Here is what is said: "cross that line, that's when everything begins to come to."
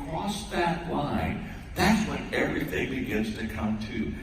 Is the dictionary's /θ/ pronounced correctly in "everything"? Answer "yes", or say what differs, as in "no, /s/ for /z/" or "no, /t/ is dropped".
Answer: yes